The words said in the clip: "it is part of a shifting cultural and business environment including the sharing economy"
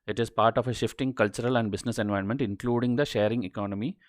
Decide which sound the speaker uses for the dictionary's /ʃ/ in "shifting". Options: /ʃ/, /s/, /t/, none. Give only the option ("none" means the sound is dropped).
/ʃ/